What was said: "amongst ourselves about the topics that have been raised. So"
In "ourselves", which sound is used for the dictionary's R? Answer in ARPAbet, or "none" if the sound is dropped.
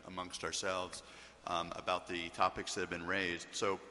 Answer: R